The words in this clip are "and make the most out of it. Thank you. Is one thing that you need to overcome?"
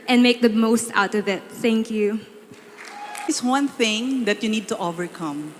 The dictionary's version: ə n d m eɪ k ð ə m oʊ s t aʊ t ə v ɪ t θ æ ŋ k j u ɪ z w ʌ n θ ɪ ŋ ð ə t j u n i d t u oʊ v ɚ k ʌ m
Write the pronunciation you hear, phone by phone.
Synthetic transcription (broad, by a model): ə n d m eɪ k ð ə m oʊ s t aʊ t ə v ɪ t θ æ ŋ k j u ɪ s w ʌ n θ ɪ ŋ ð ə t j u n i d t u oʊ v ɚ k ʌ m